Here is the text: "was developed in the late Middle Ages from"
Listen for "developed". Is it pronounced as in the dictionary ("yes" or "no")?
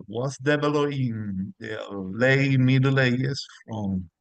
no